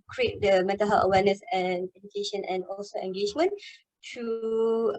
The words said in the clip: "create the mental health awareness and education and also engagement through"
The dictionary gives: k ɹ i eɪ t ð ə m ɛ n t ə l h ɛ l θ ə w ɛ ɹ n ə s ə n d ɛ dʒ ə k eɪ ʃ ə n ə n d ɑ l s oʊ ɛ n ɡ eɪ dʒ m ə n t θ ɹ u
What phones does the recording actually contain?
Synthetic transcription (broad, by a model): k ɹ i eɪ t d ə m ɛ t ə h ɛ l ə w ɛ n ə s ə n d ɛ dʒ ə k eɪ ʃ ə n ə n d ɑ l s oʊ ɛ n ɡ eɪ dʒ m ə n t u